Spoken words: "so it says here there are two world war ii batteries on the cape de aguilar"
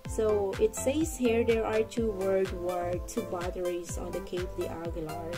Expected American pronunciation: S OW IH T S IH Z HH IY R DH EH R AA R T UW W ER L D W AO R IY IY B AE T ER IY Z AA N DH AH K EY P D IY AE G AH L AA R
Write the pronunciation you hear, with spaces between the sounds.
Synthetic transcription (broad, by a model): S OW IH T S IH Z HH IY R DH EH R AA R T UW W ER D W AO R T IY B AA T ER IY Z AA N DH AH K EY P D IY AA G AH L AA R